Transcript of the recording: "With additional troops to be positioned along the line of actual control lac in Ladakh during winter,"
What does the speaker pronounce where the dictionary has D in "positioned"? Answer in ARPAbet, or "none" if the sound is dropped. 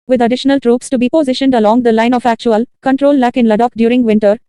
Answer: D